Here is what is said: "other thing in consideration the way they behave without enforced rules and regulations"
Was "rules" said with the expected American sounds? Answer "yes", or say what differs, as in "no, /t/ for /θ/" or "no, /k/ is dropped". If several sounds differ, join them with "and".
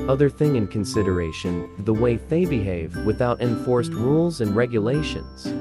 yes